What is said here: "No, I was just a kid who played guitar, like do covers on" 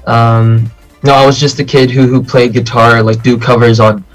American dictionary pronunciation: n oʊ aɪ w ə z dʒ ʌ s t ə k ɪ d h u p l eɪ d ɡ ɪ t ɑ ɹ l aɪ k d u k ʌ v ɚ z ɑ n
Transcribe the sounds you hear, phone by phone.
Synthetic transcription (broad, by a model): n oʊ aɪ w ə z dʒ ʌ s t ə k ɪ d h u p l eɪ d ɡ ɪ t ɑ ɹ l aɪ k d u k ʌ v ɚ z n